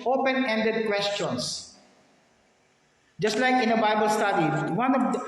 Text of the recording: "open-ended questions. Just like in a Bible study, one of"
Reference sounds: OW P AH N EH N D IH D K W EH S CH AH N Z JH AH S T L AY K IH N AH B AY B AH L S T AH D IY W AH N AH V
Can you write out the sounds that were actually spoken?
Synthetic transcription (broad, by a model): OW P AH N EH N D IH D K W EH S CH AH N S JH AH S T L AY K IH N AH B AY B AH L S T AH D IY W AH N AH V